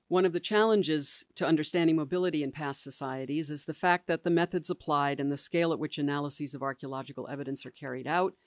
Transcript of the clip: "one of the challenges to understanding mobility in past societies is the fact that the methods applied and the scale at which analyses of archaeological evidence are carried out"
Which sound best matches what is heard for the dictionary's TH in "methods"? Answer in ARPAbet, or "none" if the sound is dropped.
TH